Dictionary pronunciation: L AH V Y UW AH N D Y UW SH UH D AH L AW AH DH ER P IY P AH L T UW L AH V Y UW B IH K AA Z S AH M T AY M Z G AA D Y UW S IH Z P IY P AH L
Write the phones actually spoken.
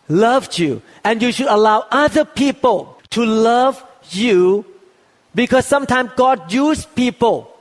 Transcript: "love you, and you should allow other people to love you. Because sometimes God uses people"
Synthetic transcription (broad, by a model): L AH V Y UW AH N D Y UW SH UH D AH L AW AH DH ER P IY P AH L T UW L AH V Y UW B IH K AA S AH M T AY M S G AA D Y UW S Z P IY P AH L